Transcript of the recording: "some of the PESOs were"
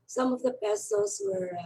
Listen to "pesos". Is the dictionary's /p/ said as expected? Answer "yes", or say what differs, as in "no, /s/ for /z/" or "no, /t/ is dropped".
no, /b/ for /p/